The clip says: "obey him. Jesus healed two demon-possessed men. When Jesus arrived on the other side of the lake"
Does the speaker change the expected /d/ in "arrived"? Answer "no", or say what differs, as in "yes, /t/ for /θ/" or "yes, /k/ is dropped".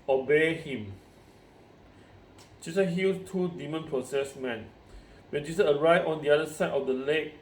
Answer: yes, /d/ is dropped